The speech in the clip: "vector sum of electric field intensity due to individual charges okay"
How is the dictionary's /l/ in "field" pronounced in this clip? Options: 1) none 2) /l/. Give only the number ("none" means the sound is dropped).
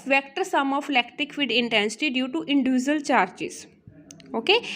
1